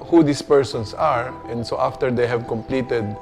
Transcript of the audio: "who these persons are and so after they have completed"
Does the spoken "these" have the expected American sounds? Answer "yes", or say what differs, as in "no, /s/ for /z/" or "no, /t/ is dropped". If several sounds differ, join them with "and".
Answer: no, /s/ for /z/